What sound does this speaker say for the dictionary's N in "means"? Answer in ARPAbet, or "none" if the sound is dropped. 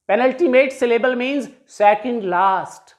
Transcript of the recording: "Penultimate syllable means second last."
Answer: N